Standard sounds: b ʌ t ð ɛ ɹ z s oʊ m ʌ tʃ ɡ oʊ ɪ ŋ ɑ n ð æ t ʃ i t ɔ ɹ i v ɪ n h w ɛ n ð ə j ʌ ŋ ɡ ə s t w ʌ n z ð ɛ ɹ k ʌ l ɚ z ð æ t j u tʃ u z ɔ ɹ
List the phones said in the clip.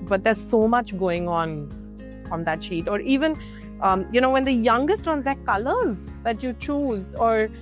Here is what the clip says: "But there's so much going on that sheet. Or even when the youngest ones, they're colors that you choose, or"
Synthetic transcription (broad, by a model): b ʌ t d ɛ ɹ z s oʊ m ʌ tʃ ɡ oʊ ɪ ŋ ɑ n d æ t ʃ i t ɔ ɹ i v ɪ n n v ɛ n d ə j ʌ ŋ ɡ ə s t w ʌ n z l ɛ k ʌ l ɚ z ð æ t j u tʃ u z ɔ ɹ